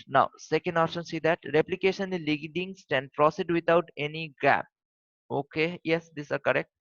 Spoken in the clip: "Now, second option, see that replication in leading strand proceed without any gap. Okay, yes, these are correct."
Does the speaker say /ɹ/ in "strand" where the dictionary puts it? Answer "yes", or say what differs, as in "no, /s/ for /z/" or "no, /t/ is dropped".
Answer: no, /ɹ/ is dropped